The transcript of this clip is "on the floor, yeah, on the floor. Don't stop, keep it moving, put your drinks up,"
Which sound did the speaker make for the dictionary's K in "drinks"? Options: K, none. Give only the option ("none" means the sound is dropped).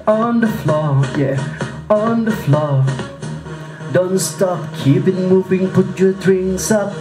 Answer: none